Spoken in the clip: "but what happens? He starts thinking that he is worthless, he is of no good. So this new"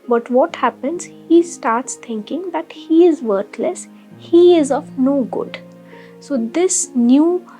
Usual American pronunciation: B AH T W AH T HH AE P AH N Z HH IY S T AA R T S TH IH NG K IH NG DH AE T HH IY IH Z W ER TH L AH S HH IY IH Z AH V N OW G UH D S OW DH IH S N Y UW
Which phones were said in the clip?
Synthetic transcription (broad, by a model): B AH T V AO T HH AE P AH N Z HH IY S T AA R T S T IH NG K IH NG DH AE T HH IY IH Z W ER T L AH S HH IY IH Z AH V N OW G UH D S OW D IH S N Y UW